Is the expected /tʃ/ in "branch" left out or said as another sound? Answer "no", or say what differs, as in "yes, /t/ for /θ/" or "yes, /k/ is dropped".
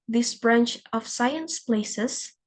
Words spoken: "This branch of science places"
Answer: no